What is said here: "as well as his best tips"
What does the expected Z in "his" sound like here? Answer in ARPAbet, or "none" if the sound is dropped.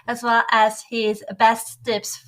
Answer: Z